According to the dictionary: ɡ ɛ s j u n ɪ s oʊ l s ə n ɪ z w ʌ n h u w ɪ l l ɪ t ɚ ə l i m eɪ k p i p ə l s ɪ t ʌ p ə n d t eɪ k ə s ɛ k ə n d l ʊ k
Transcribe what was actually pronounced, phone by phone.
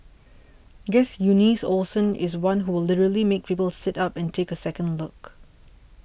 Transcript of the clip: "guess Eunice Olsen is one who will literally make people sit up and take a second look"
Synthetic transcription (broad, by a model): ɡ ɛ s j u n ɪ s oʊ l s ə n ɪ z w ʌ n h u w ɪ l l ɪ t ɚ ə l i m eɪ k p i p ə l s ɪ t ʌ p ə n t eɪ k ə s ɛ k ə n d l ʊ k